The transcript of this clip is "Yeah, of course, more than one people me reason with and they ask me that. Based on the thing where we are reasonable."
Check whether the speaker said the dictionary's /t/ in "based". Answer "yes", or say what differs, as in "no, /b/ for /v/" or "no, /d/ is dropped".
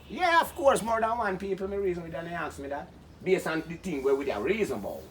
no, /t/ is dropped